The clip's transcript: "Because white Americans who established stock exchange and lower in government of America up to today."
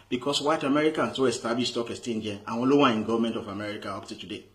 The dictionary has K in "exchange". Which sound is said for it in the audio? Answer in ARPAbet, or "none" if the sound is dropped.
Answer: none